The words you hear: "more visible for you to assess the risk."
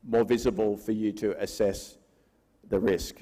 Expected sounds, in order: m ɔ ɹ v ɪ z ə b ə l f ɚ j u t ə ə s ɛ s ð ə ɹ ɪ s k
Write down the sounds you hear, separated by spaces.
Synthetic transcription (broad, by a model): m ɔ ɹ v ɪ z ə b ə l f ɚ j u t ə ə s ɛ s ð ə ɹ ɪ s k